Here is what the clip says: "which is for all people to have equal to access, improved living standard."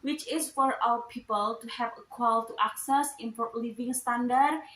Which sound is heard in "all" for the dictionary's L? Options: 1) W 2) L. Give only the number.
1